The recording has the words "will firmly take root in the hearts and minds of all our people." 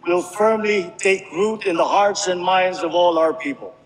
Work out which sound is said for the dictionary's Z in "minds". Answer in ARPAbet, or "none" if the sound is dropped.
Z